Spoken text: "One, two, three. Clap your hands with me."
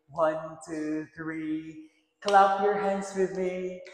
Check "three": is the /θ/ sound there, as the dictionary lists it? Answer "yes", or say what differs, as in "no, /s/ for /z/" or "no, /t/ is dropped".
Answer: yes